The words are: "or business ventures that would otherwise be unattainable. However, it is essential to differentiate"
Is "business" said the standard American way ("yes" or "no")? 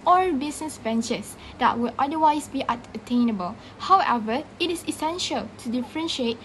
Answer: no